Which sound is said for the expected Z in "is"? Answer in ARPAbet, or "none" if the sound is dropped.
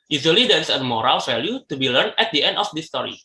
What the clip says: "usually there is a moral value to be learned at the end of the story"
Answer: S